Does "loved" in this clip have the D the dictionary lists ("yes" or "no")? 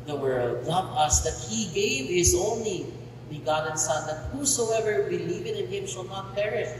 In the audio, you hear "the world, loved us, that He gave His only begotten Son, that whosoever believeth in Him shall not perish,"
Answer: no